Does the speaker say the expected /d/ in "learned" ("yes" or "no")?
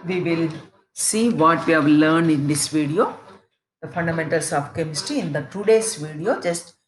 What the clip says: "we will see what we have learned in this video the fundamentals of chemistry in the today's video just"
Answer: yes